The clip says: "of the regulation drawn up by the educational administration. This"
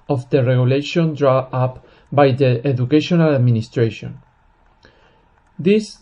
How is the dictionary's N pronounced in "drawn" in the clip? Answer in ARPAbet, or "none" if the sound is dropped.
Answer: none